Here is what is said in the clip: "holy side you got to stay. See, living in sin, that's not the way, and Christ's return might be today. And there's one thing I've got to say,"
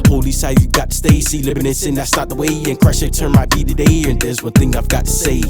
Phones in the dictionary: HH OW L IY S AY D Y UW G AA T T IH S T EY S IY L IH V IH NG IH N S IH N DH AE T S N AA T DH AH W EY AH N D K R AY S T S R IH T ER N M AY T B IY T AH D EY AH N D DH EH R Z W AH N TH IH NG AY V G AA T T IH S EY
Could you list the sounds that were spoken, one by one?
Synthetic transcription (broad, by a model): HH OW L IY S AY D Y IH G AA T T IH S T EY S IY L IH B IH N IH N S IH N DH AE T S N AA T DH AH W EY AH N K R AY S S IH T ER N M AY T B IY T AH D EY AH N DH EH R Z W AH N TH IH NG AY V G AA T T IH S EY